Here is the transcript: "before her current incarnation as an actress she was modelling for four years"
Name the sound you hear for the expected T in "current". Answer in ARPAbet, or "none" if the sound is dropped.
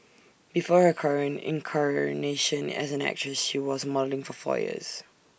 none